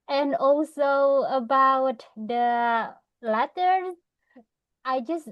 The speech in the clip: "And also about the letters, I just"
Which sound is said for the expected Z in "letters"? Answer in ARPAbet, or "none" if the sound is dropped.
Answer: none